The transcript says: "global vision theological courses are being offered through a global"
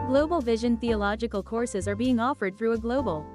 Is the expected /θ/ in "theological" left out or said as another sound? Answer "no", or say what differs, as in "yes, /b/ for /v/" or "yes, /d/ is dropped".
no